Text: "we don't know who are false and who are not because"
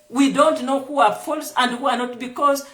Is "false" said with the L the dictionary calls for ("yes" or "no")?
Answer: yes